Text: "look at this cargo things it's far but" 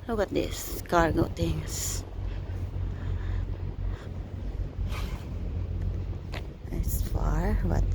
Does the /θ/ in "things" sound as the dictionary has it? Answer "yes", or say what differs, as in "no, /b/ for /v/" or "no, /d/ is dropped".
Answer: no, /t/ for /θ/